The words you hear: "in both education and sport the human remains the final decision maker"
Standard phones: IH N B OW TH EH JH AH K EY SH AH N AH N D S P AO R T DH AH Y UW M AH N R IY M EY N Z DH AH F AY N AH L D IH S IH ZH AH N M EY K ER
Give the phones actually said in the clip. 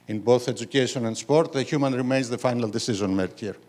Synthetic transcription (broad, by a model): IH N B OW TH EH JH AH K EY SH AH N AH N D S P AO R T DH AH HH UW M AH N R IY M EY N Z DH AH F AY N AH L D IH S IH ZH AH N M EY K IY